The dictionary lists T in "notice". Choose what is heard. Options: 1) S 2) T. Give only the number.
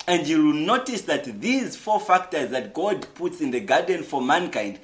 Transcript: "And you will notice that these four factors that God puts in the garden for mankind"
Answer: 2